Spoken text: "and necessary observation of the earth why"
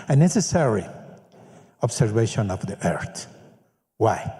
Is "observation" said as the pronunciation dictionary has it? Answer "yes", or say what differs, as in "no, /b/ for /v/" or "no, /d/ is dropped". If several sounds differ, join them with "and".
no, /s/ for /z/